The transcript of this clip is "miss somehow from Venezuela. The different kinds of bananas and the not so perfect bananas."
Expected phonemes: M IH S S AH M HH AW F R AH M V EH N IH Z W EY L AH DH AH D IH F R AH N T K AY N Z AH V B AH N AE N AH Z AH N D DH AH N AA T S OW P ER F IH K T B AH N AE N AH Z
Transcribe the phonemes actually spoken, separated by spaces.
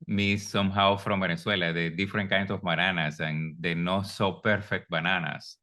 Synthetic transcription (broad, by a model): M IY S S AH M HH AW F R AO M B EH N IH S W EY L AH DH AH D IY F R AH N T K AY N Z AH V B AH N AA N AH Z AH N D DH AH N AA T S OW P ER F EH K T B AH N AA N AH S